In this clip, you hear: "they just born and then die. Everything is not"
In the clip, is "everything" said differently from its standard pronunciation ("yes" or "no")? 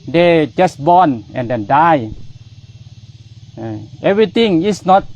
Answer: yes